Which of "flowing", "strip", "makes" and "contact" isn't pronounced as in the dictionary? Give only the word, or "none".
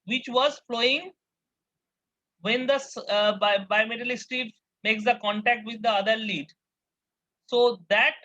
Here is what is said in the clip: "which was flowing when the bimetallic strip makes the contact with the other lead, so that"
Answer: strip